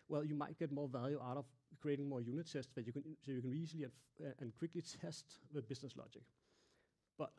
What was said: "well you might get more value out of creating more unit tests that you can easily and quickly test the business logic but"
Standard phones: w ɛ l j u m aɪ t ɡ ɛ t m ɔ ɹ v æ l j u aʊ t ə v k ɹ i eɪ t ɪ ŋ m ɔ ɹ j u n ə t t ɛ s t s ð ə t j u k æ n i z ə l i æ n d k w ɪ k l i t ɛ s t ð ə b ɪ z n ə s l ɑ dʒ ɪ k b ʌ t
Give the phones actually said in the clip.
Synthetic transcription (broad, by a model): w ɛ l j u m aɪ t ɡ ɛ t m ɔ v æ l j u aʊ t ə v k ɹ i eɪ t ɪ ŋ m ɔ j u n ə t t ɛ s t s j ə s j u k æ n i s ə l i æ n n k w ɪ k l i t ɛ s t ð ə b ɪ s n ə s l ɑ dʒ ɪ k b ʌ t